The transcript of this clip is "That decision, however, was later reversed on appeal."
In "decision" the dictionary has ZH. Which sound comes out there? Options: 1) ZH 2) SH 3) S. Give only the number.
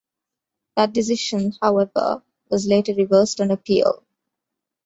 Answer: 2